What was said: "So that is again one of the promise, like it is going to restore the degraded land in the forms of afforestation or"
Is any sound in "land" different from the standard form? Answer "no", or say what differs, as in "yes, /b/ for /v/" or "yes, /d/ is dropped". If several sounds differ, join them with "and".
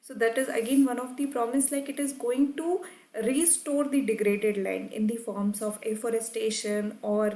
yes, /d/ is dropped